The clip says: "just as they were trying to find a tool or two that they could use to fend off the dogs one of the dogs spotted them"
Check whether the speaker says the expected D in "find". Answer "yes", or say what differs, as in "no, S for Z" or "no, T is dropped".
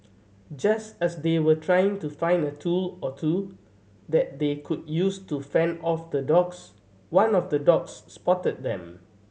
yes